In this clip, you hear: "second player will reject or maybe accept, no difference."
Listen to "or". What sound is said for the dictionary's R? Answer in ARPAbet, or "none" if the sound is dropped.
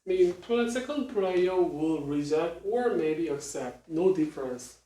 R